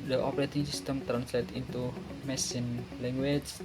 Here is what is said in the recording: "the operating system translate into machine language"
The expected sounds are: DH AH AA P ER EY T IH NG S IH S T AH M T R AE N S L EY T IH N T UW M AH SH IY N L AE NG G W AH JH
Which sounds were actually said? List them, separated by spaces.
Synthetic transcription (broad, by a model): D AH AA P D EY T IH NG S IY S T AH M T R AE N S L EY T IH N T UW M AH S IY N L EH NG G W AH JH